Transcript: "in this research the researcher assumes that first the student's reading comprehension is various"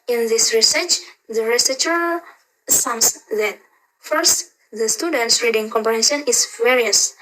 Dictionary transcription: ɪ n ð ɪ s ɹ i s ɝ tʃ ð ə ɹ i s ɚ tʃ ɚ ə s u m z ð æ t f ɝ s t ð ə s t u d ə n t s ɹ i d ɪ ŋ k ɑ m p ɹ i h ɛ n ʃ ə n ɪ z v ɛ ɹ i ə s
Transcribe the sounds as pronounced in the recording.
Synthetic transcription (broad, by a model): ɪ n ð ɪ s ɹ i s ɝ tʃ ð ə ɹ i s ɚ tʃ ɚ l s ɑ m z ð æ t f ɝ s t ð ə s t u d ə n t s ɹ i d ɪ ŋ k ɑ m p i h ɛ ʃ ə n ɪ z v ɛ ɹ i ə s